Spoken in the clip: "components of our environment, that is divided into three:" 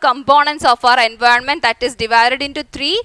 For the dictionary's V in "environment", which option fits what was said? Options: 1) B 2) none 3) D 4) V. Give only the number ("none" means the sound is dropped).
4